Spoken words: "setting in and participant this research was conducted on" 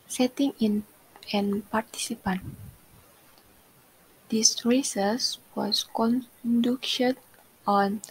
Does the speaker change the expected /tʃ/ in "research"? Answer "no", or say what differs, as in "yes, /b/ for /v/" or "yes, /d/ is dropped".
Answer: yes, /s/ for /tʃ/